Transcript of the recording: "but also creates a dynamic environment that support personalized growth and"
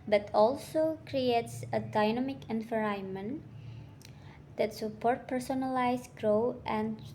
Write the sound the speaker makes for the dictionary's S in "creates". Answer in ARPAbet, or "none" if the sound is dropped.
S